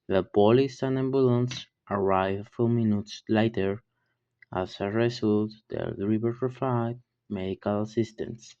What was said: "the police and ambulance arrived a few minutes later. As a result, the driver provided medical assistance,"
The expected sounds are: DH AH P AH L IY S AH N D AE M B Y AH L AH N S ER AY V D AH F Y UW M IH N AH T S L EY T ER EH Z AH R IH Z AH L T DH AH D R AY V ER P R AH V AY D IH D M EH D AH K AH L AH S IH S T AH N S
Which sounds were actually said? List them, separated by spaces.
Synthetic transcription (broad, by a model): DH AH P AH L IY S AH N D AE M B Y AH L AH N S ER AY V F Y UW M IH N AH T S L EY T ER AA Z AH R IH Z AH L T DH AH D R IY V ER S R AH F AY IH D M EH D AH K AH L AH S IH S T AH N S